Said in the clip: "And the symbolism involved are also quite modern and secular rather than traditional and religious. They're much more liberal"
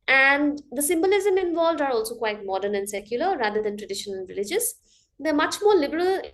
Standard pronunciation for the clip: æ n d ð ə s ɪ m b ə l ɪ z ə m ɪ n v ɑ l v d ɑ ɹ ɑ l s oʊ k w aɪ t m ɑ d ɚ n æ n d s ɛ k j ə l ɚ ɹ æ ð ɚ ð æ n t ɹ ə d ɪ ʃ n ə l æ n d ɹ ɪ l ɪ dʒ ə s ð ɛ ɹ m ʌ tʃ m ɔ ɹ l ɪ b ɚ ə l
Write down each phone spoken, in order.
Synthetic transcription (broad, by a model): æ n d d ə s ɪ m b ə l ɪ z ə m ɪ n v ɑ l v d ɑ ɹ ɑ l s oʊ k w aɪ t m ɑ d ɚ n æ n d s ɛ k j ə l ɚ ɹ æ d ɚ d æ n t ɹ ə d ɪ ʃ ə n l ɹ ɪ l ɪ dʒ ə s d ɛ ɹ m ʌ tʃ m ɔ ɹ l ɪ b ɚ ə l